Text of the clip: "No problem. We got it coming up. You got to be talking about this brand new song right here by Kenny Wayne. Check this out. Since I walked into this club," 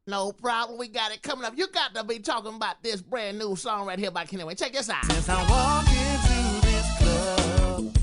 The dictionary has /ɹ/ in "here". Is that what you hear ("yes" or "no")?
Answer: no